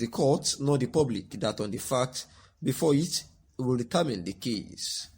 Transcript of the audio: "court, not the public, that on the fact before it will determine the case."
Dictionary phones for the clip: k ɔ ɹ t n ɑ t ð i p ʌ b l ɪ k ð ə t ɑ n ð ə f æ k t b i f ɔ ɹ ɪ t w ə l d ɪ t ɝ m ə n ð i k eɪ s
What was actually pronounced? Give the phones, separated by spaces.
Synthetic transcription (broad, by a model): k ɔ t n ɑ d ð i p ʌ b l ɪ k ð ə t ɑ n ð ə f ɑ k t b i f ɔ ɪ t w ə l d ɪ t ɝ m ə n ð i k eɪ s